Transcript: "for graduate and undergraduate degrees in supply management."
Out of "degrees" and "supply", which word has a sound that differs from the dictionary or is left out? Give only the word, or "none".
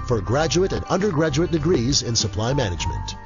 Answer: none